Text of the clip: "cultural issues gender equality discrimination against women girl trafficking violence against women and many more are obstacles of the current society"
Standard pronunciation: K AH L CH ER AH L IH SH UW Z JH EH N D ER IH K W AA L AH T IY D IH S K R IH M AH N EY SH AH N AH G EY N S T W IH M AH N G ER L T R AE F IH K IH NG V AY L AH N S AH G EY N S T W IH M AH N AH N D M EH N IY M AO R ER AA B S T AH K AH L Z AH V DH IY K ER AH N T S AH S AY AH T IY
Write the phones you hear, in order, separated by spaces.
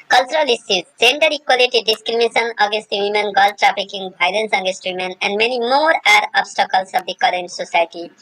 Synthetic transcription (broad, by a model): K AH L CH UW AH L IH S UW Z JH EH N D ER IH K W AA L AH T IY D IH S K R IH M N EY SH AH N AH G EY N S T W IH M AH N G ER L T R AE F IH K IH NG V AY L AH N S AH G EY N S T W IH M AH N AH N D M EH N IY M AO R ER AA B S T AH K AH L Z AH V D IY K ER AH N T S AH S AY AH T IY